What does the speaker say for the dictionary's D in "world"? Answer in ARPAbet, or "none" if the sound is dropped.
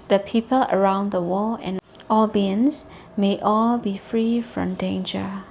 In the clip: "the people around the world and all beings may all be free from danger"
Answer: none